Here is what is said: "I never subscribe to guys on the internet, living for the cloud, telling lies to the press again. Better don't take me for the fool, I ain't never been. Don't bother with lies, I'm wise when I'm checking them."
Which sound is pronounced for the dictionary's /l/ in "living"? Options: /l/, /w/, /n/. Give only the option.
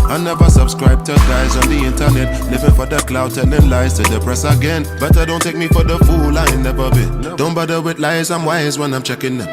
/n/